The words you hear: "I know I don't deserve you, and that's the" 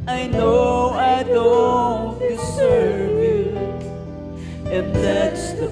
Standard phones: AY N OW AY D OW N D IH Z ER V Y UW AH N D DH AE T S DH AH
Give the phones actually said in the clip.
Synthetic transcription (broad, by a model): AY N OW AY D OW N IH S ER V Y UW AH N DH AE T S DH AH